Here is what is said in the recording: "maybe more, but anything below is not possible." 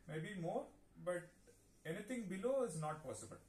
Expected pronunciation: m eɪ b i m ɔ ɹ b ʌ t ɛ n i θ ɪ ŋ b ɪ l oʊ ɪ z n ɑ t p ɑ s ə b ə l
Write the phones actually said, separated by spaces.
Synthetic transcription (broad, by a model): m eɪ b i m ɔ ɹ b ʌ t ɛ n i t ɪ ŋ b ɪ l oʊ ɪ z n ɑ t p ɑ s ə b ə l